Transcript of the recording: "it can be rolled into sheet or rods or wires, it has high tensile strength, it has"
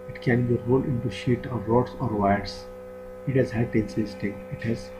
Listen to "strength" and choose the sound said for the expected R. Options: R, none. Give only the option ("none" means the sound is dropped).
none